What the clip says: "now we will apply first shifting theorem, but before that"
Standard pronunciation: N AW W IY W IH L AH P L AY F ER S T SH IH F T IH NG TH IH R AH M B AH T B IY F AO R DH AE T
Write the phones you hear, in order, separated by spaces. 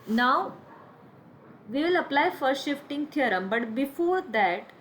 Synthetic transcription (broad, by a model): N AW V IY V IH L AH P L AY F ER T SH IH F T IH NG T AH R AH M B AH T B IY F AO R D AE T